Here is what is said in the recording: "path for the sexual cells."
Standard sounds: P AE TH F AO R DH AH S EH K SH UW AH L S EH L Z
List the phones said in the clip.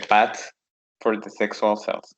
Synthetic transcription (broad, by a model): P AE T F AO R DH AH S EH K S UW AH L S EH L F